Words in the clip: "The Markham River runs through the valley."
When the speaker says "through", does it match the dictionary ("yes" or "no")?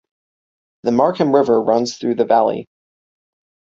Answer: yes